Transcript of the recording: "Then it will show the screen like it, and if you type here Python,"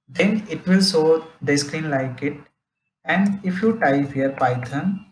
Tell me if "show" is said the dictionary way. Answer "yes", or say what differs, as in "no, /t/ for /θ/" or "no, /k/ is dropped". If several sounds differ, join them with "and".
no, /s/ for /ʃ/